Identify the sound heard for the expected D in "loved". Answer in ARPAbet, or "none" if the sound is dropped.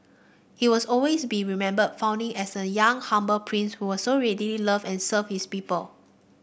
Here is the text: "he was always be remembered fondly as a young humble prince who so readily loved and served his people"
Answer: none